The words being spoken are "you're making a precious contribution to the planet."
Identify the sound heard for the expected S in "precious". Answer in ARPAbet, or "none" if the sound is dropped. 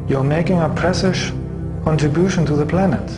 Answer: SH